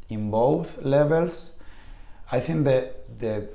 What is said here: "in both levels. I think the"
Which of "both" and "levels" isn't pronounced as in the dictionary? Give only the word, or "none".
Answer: levels